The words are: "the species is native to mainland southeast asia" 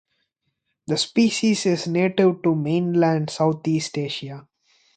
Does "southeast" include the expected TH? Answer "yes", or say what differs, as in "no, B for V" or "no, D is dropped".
no, T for TH